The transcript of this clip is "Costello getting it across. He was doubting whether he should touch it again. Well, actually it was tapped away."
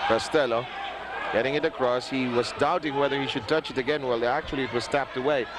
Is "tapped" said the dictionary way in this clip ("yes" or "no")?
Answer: yes